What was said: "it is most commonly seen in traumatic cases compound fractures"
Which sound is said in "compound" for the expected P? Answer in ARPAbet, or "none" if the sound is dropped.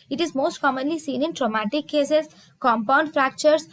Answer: P